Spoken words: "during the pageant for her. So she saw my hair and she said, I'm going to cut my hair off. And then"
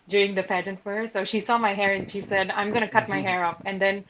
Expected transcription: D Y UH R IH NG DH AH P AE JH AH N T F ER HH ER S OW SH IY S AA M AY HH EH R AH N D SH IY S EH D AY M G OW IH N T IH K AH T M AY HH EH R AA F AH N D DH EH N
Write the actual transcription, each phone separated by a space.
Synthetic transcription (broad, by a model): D Y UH R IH NG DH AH P AE JH AH N T F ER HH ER S OW SH IY S AA M AY HH EH R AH N SH IY S EH D AY M G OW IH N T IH K AH T M AY HH EH R AA F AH N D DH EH N